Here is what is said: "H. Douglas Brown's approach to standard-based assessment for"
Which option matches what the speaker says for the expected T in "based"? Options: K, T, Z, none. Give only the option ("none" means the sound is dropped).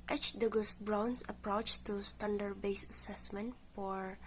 none